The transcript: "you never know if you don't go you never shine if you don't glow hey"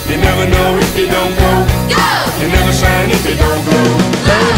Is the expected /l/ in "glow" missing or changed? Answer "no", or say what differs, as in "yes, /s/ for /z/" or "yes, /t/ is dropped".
yes, /l/ is dropped